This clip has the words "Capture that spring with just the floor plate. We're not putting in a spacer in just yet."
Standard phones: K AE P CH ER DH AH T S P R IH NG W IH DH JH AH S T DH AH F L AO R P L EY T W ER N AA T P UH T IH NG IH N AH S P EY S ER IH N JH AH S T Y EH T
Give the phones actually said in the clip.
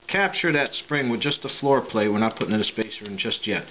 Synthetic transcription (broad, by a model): K AE P CH ER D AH T S P R IH NG W IH DH JH AH S T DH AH F L AO R P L EY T W ER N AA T P UH T IH NG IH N AH S P EY S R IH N JH AH S T Y EH T